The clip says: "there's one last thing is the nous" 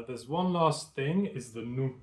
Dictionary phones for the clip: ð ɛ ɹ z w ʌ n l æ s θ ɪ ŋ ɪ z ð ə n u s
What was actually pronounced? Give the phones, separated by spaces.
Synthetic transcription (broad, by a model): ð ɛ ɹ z w ʌ n l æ s θ ɪ ŋ ɪ z ð ə n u